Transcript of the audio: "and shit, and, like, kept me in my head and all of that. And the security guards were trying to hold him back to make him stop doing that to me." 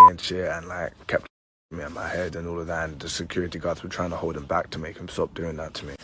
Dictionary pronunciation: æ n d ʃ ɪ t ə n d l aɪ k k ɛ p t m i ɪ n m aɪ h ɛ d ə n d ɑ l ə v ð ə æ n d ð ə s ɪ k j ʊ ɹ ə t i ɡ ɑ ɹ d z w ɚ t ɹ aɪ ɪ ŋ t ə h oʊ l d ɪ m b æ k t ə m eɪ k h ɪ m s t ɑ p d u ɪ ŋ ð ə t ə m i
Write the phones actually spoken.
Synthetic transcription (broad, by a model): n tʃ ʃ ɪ ə n l aɪ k k ɛ p t m i ɪ n m aɪ h ɛ d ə n ɑ l ə v ð ə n ð ə s ɪ k j ʊ ɹ ə t i ɡ ɑ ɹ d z w ɚ t ɹ aɪ ɪ ŋ t ə h oʊ l d ɪ m b æ k t ə m eɪ k h ɪ m s t ɑ p d u ɪ ŋ ð ə t ə m i